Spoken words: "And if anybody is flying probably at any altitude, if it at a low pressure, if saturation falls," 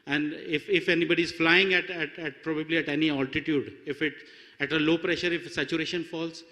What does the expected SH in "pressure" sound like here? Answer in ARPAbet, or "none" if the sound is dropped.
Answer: SH